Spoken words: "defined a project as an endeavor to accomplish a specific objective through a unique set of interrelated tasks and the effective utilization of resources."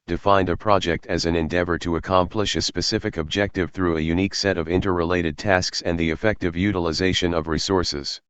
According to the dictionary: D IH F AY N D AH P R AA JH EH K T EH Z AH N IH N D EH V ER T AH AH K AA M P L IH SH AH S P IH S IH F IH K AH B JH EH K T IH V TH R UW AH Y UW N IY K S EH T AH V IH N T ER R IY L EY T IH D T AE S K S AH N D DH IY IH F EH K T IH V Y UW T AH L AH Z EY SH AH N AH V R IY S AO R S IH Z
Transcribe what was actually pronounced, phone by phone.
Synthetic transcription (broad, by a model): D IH F AY N D AH P R AA JH EH K T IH Z AH N IH N D EH V ER T AH AH K AA M P L IH SH AH S P IH S IH F IH K AH B JH EH K T IH V TH R UW AH Y UW N IY K S EH T AH V IH N T ER R IY L EY T IH D T AE S K S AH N DH IY IH F EH K T IH V Y UW T AH L AH Z EY SH AH N AH V R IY S AO R S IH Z